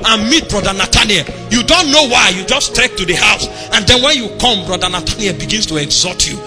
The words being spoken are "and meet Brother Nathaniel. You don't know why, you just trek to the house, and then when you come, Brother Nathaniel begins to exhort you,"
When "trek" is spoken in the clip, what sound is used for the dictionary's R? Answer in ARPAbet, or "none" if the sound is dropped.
none